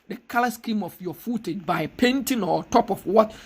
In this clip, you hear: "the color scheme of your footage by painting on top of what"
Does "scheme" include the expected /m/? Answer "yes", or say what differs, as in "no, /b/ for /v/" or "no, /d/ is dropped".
yes